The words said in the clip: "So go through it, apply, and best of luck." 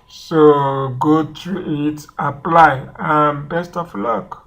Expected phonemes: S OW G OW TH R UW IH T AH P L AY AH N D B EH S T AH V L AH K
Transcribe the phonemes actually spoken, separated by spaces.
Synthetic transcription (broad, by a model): S OW G OW T R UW IH T AH P L AY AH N B EH S T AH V L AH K